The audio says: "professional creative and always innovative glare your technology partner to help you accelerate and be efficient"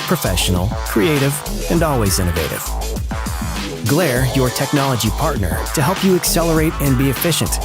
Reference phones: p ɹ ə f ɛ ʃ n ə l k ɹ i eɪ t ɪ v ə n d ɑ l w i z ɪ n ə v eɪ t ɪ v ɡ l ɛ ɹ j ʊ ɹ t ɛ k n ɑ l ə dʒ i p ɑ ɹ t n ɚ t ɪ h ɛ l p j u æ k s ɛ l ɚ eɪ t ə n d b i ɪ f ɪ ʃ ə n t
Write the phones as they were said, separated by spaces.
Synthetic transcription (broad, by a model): p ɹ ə f ɛ ʃ n l k ɹ i eɪ t ɪ v ə n d ɑ l w i z ɪ n ə v eɪ t ɪ v ɡ l ɛ ɹ j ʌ ɹ t ɛ k n ɑ l ə dʒ i p ɑ ɹ t n ɚ t ɪ h ɛ l p j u æ k s ɛ l ɚ eɪ t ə n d b i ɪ f ɪ ʃ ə n t